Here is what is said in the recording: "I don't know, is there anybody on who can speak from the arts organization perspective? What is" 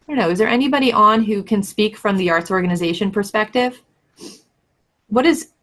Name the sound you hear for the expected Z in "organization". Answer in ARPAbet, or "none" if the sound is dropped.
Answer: Z